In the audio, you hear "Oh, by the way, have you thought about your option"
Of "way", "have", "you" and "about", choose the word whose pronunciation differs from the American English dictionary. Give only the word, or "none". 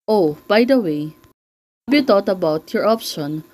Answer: have